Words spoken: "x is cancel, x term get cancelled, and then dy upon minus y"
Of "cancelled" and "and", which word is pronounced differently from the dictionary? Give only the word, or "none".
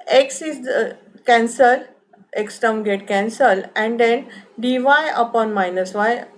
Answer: cancelled